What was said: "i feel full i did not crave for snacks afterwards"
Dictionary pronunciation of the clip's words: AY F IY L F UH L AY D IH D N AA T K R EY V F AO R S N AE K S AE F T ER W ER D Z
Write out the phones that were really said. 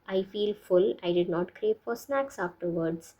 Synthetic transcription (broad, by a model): AY F IY L F UH L AY D IH D N AA T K R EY P F AO R S N AE K S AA F T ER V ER D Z